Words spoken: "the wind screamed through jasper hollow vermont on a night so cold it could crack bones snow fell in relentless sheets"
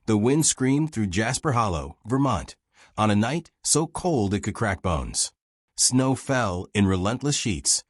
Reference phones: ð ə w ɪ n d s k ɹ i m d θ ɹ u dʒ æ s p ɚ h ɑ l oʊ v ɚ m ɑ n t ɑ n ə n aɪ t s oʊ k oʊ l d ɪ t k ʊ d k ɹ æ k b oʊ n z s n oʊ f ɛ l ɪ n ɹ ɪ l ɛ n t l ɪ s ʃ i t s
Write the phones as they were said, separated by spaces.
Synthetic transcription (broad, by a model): ð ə w ɪ n d s k ɹ i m θ ɹ u dʒ æ s p ɚ h ɑ l oʊ v ɚ m ɑ n t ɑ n ə n aɪ t s oʊ k oʊ l d ɪ t k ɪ d k ɹ æ k b oʊ n z s n oʊ f ɛ l ɪ n ɹ ɪ l ɛ n t l ɪ s ʃ i t s